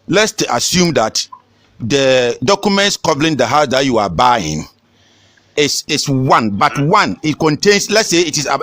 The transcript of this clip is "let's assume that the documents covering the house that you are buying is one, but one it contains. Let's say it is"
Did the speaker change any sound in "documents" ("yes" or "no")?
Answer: no